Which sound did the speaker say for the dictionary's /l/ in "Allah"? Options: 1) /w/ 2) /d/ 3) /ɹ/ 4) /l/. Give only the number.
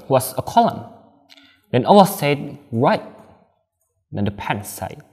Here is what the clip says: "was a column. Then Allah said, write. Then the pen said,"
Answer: 1